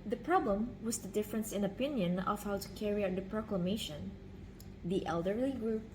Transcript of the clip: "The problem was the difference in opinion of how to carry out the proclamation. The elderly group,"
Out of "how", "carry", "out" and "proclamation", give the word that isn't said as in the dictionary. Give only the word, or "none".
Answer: none